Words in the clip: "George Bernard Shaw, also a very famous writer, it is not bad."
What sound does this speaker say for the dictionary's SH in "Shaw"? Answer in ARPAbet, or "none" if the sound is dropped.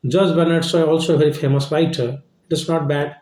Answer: S